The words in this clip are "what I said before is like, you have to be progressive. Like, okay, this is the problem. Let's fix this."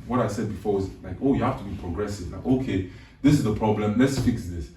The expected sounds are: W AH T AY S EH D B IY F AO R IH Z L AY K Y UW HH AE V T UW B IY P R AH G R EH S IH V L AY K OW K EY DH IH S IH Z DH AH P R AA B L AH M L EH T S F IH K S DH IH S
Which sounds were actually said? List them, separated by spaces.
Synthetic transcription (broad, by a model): W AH T AY S EH D B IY F AO W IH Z L AY K Y UW HH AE F T UW B IY P R AH G R EH S IH V L AY K OW K EY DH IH S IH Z DH AH P R AA B L AH M L EH T S F IH K S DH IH S